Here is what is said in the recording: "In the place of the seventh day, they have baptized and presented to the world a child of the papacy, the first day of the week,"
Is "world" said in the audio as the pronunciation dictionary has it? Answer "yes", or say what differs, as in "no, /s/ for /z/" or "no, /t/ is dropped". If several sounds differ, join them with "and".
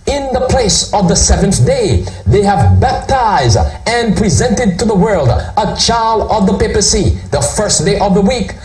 yes